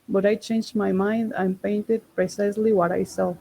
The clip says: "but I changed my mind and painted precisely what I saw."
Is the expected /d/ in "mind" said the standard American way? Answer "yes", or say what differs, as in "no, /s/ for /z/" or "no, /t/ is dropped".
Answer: yes